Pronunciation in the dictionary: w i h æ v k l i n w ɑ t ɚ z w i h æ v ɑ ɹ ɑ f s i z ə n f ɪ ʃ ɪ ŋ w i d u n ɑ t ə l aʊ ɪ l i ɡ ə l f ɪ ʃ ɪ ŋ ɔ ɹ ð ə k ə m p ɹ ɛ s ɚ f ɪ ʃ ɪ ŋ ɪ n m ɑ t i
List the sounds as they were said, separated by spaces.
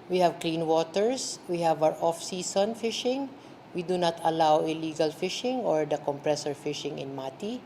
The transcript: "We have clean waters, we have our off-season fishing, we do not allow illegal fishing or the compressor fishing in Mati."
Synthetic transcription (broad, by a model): w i h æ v k l i n w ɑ t ɚ s w i h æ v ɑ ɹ ɑ f s i s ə n f ɪ ʃ ɪ ŋ w i d u n ɑ t ə l aʊ ɪ l i ɡ ə l f ɪ ʃ ɪ ŋ ɔ ɹ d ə k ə m p ɹ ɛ s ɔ f ɪ ʃ ɪ ŋ ɪ n m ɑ t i